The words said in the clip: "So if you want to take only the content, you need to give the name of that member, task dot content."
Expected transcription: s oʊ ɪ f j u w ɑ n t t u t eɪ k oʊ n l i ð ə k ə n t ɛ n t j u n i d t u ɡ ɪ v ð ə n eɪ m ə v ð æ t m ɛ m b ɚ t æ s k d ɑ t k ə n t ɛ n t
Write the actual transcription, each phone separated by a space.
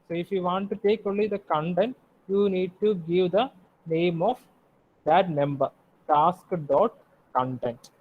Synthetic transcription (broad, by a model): s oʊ ɪ f j u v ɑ n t t u t eɪ k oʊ l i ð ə k ə n t ɛ n t j u n i d t u ɡ ɪ v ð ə n eɪ m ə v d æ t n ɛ m b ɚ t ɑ s k d ɑ t k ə n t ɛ n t